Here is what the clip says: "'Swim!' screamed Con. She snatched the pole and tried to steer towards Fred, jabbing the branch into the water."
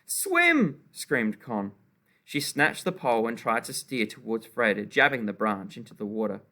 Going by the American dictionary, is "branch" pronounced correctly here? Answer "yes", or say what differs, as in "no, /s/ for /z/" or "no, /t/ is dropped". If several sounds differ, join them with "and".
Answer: yes